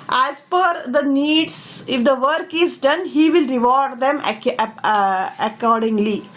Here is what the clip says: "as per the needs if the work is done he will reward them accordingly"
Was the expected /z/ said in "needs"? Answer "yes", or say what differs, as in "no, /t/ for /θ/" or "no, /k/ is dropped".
no, /s/ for /z/